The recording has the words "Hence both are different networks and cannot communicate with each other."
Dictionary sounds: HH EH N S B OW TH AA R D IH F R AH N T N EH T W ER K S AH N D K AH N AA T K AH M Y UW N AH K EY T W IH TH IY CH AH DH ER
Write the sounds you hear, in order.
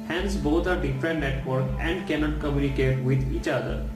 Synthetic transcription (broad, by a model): HH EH N S B OW T AA R D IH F R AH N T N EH T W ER K AH N D K AH N AA T K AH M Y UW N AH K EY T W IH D IY CH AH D ER